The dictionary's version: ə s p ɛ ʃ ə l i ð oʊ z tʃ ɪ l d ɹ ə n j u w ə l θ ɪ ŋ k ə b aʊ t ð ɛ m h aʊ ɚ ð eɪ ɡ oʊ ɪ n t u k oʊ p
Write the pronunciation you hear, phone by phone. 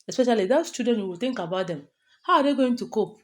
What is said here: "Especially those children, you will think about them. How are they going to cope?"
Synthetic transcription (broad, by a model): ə s p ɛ ʃ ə l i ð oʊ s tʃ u d ə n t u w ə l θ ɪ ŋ k ə b aʊ t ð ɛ m h aʊ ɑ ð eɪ ɡ oʊ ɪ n t u k oʊ p